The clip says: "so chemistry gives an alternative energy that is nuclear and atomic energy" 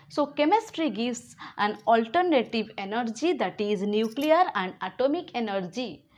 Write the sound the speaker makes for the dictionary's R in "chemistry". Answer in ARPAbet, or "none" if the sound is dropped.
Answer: R